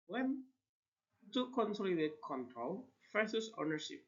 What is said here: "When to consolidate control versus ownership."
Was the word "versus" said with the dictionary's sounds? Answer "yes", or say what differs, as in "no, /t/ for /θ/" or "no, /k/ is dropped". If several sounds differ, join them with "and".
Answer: no, /f/ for /v/